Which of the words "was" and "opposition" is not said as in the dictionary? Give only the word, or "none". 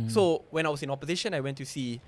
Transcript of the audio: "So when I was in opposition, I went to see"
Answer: was